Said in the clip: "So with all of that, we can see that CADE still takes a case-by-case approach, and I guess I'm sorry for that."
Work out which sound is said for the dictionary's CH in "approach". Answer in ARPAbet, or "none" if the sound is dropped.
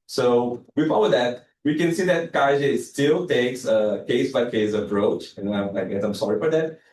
CH